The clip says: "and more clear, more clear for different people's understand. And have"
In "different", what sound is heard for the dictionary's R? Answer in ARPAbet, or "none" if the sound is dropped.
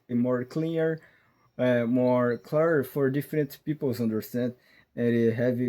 R